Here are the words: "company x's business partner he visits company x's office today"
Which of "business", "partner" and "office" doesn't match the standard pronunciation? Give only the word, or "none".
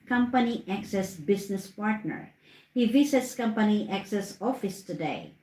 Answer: business